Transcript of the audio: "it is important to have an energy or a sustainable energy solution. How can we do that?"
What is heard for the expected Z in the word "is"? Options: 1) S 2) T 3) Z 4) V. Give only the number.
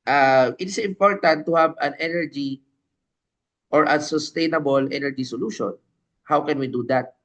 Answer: 1